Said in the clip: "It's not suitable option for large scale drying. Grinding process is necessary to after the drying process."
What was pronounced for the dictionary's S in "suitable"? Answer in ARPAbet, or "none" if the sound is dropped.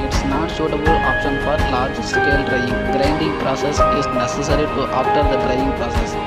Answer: SH